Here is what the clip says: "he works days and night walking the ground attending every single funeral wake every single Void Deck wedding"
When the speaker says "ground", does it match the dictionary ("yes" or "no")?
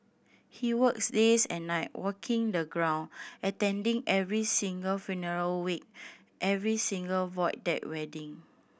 no